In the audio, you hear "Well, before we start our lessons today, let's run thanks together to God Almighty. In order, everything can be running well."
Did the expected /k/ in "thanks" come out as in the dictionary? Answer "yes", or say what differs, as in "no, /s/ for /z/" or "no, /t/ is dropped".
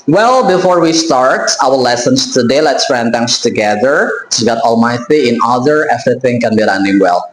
no, /k/ is dropped